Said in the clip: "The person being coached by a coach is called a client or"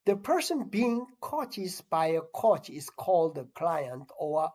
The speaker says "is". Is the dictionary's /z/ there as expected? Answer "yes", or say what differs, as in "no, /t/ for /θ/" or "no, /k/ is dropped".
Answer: no, /s/ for /z/